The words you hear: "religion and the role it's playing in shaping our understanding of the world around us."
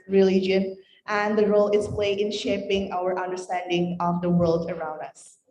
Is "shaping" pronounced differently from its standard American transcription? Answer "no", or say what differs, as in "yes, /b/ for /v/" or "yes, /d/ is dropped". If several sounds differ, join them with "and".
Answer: no